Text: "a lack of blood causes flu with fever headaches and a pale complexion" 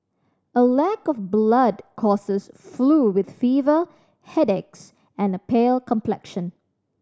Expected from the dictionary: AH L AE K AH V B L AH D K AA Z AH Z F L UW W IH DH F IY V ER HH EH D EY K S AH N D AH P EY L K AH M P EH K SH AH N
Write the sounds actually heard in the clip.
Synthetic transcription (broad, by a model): AH L AE K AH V B L AH D K AA S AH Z F L UW W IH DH F IY V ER HH EH D EY K S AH N AH P EY L K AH M P EH K SH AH N